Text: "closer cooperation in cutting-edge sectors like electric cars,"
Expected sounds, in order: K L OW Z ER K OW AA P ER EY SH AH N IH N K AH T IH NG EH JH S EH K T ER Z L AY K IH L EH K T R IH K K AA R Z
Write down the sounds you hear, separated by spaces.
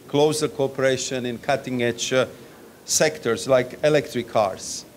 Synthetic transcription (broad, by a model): K L OW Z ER K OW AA P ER EY SH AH N IH N K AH T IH NG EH CH S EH K T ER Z L AY K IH L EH K T R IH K K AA R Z